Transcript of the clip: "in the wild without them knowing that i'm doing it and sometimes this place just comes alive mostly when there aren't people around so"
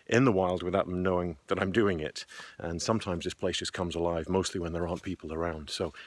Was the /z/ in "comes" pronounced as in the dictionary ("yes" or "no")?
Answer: yes